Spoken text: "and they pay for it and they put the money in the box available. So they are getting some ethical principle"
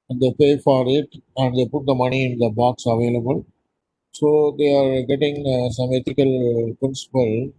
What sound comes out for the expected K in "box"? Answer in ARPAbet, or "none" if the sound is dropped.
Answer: K